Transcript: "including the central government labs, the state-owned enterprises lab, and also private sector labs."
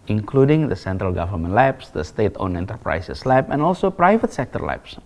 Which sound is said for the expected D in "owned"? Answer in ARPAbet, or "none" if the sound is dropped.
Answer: none